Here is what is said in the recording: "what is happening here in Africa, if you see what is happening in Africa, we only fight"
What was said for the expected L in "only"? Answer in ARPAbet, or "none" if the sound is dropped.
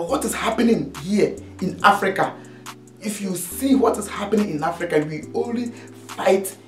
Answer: L